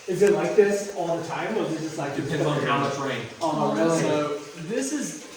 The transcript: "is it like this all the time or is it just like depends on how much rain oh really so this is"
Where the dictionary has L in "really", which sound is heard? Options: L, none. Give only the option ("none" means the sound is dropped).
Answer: none